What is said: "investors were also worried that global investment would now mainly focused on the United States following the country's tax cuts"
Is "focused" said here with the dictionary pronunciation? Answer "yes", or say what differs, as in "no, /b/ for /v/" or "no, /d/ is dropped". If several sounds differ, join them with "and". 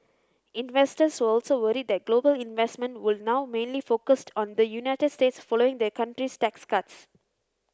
yes